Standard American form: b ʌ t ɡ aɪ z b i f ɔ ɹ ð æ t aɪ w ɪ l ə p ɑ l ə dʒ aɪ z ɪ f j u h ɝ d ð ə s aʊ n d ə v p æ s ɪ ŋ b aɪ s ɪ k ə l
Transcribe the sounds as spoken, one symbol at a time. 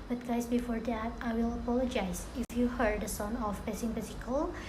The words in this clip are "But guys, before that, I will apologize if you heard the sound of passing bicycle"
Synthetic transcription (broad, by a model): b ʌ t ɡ aɪ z b i f ɔ ɹ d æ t aɪ w ɪ l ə p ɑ l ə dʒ aɪ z ɪ f j u h ɝ d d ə s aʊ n ə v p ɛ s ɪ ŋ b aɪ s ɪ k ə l